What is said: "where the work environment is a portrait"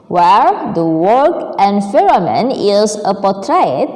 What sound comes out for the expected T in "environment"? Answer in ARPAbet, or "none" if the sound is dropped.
none